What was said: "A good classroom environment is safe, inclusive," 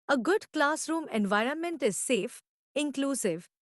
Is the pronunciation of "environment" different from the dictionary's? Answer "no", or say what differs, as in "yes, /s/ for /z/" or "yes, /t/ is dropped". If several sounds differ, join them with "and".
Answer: no